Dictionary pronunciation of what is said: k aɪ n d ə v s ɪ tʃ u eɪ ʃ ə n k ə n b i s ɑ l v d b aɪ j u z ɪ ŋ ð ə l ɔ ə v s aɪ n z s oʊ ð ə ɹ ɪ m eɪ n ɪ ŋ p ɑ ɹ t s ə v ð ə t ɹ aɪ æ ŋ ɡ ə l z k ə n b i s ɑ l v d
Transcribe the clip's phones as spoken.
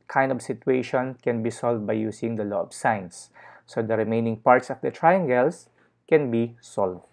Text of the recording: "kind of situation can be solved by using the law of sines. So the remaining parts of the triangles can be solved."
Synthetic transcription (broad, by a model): k aɪ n d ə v s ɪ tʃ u eɪ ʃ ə n k ə n b i s ɑ l v d b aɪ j u s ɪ ŋ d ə l ɔ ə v s aɪ n s oʊ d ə ɹ ɪ m eɪ n ɪ ŋ p ɑ ɹ t s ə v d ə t ɹ aɪ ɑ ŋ ɡ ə l s k ə n b i s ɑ l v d